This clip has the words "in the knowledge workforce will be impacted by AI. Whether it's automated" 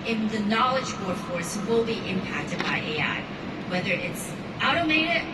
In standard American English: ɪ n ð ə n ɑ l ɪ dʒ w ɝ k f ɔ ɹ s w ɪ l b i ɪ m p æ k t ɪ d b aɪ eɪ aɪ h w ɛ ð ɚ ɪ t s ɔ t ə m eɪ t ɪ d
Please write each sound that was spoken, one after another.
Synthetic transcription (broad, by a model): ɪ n ð ə n ɑ l ɪ dʒ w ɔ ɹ f ɔ ɹ s w ɪ l b i ɪ m p æ k t ɪ d b aɪ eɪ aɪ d w ɛ ð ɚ ɪ t s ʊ t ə m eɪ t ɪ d